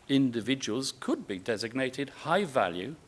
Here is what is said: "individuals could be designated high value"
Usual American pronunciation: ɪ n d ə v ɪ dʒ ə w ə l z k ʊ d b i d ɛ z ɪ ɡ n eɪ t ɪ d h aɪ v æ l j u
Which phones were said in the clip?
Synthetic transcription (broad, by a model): ɪ n d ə v ɪ dʒ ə w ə l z k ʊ d b i d ɛ z ɪ ɡ n eɪ t ɪ d h aɪ v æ l j u